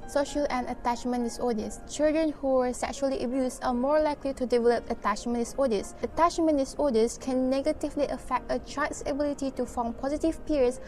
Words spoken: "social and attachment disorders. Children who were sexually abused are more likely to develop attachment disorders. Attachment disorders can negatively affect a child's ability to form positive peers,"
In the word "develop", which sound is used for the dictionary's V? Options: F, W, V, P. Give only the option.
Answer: V